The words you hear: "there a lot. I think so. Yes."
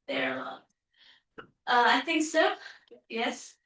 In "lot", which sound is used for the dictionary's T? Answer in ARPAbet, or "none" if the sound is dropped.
none